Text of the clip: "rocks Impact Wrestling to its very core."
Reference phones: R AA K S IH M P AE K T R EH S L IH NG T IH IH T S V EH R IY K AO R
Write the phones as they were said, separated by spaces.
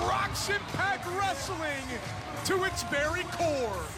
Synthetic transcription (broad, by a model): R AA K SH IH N P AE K R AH S L IH NG T IH IH T S B EH R IY K AO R